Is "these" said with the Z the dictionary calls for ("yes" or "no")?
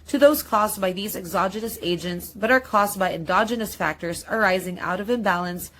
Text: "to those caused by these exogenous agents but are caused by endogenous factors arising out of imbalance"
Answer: yes